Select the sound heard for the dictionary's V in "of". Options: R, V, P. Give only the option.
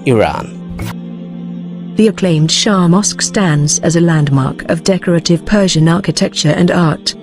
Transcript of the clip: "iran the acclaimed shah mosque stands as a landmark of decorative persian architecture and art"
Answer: V